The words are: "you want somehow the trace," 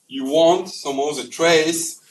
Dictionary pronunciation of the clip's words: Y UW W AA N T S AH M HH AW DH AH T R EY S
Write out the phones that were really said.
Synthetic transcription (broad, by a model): Y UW W AA N T S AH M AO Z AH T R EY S